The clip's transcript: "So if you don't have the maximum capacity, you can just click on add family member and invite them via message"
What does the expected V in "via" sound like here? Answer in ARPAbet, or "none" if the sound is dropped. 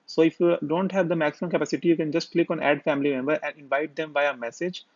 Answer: B